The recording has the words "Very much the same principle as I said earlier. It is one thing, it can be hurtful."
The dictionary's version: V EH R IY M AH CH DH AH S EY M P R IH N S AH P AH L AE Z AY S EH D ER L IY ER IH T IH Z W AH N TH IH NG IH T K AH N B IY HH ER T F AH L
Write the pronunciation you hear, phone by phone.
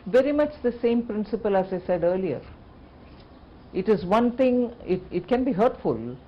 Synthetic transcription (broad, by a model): V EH R IY M AH CH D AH S EY M P R IH N S AH P AH L AE Z AY S EH D ER L IY ER IH T IH Z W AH N T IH NG IH T K AH N B IY HH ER T F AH L